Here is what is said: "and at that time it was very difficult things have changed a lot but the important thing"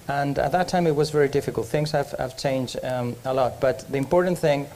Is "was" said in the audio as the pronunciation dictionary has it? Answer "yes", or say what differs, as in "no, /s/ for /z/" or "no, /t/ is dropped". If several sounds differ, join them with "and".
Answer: yes